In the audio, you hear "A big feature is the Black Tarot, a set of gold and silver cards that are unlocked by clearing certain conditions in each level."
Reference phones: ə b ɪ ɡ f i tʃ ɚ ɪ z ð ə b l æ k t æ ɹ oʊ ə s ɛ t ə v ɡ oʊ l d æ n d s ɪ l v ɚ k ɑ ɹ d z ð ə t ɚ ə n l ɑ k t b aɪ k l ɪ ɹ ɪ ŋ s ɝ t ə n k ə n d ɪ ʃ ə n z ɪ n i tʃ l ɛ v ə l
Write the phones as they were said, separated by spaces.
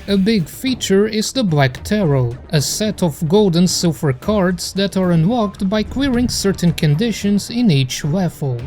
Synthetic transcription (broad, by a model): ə b ɪ ɡ f i tʃ ɚ ɪ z ð ə b l æ k t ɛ ɹ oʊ ə s ɛ t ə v ɡ oʊ l d n s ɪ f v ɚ k ɑ ɹ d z ð ə t ɚ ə n w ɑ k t b aɪ k w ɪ ɹ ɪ ŋ s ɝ t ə n k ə n d ɪ ʃ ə n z ɪ n i tʃ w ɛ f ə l